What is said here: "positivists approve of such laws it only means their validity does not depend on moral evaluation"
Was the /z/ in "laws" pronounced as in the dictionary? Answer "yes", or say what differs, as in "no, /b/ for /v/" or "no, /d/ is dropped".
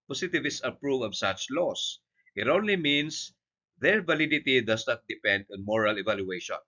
no, /s/ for /z/